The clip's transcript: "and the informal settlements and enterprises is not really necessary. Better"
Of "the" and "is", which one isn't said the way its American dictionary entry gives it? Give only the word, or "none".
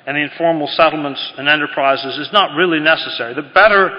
none